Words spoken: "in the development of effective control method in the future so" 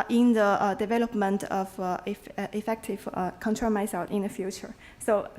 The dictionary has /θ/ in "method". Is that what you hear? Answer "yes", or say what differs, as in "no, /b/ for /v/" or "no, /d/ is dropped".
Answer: no, /s/ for /θ/